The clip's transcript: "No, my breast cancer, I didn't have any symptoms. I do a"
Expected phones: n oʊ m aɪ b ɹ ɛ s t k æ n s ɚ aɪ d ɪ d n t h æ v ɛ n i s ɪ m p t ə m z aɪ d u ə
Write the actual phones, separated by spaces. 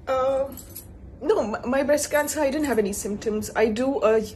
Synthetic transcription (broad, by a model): n oʊ m aɪ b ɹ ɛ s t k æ n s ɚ aɪ d ɪ d n t h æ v ɛ n i s ɪ m p t ə m z aɪ d u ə